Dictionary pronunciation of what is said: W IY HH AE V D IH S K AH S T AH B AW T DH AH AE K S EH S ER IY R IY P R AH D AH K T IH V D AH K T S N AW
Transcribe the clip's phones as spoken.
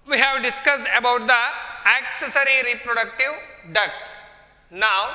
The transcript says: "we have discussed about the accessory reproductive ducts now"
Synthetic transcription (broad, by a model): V IY HH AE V D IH S K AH S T AH B AW T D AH AE K S EH S ER IY R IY P R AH D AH K T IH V D AH K T S N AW